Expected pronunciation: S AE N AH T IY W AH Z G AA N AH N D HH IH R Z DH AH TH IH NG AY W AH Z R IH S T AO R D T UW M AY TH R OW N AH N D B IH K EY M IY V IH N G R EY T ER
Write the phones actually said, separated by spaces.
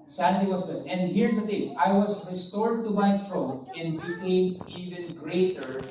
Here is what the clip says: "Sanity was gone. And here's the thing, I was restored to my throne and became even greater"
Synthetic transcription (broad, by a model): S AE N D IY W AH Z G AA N AH N D HH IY R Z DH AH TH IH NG AY W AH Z R IH S T AO R D T UW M AY T R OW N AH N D B IH K EY M IY V IH N G R EY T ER